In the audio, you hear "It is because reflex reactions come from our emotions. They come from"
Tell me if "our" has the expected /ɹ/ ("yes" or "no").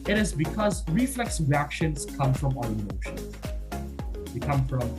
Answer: no